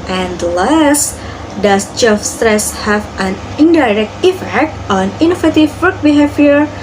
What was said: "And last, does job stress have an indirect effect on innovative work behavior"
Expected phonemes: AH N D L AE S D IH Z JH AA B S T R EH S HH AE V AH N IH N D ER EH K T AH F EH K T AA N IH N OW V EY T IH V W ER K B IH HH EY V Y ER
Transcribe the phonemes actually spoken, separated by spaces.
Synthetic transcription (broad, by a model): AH N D L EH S D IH S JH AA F S T R EH S HH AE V AH N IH N D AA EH K T AH F EH K T AA N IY N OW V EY T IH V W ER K B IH HH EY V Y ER